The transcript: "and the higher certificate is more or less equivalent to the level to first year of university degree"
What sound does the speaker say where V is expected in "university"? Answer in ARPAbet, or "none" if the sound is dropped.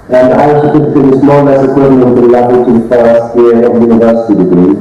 V